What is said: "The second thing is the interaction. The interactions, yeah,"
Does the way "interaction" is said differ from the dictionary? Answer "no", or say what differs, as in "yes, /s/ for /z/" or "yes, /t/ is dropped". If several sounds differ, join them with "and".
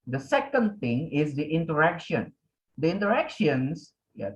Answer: no